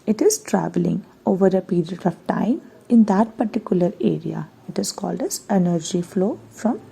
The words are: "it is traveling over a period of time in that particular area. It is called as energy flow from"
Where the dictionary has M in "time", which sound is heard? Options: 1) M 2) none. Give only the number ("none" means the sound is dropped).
1